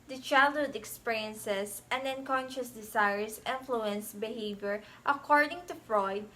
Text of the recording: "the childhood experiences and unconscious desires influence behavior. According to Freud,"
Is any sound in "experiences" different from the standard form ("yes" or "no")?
yes